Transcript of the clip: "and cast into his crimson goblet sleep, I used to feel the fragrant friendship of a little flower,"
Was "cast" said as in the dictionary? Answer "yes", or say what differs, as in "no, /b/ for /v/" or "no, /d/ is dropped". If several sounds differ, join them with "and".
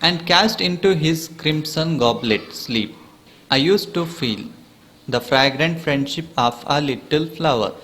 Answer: yes